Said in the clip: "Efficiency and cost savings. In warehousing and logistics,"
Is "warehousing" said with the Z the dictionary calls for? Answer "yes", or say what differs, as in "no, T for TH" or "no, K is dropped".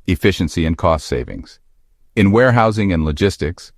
yes